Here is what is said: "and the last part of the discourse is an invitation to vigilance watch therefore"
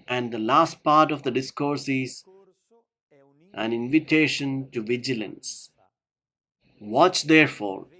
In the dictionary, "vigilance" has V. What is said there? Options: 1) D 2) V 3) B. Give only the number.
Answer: 2